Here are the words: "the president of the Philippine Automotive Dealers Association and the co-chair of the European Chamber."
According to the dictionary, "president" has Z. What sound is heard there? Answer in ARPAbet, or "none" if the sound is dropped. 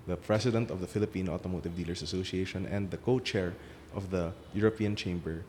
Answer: S